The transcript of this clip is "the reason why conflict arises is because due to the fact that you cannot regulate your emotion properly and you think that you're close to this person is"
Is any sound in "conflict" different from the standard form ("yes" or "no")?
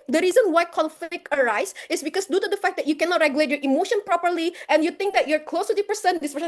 yes